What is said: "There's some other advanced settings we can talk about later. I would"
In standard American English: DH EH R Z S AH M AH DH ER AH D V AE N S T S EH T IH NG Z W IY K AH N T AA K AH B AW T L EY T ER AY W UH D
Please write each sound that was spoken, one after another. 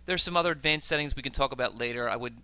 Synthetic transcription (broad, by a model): DH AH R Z S AH M AH DH ER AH D V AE N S S EH T IH NG Z W IY K AH N T AA K AH B AW T L EY T ER AY W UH D